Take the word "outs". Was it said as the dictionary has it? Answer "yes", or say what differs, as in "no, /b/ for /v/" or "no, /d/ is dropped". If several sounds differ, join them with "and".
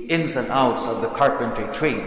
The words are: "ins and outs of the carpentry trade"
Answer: yes